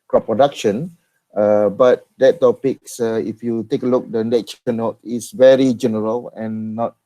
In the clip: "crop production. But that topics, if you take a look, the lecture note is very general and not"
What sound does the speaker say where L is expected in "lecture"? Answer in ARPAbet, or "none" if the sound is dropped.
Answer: N